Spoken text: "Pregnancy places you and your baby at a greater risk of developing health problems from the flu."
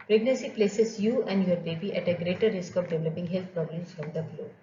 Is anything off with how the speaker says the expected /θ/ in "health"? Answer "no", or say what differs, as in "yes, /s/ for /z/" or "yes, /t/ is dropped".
yes, /t/ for /θ/